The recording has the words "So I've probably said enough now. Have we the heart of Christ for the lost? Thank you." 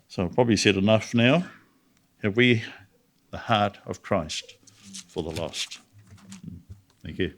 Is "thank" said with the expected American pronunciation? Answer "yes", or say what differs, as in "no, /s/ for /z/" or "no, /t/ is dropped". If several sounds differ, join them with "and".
yes